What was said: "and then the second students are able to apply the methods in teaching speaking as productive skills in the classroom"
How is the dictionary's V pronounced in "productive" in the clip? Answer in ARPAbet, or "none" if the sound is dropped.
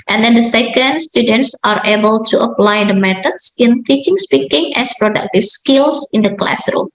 F